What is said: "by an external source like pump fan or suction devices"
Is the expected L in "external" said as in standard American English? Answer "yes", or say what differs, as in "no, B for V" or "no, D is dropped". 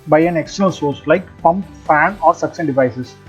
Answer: no, N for L